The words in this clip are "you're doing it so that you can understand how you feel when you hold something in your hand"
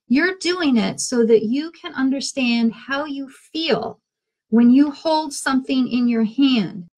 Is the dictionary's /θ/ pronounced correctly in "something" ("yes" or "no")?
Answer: yes